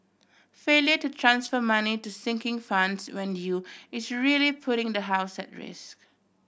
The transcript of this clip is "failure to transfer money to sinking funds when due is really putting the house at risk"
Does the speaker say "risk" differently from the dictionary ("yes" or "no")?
no